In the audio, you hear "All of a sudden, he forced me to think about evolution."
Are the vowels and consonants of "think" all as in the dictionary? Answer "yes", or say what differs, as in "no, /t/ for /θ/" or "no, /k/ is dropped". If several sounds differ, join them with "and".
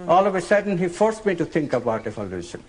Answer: no, /t/ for /θ/